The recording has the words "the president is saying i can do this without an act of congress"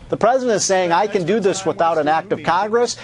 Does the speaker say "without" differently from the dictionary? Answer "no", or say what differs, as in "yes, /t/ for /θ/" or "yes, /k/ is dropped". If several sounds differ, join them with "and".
no